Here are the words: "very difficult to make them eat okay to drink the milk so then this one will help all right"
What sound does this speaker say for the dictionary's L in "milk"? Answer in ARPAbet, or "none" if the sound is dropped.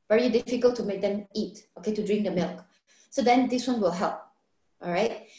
L